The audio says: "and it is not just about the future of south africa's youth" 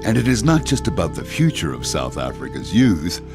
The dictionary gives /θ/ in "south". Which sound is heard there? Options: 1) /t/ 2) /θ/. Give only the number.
2